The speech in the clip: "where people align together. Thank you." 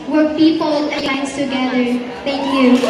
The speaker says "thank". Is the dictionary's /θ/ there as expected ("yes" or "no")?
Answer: no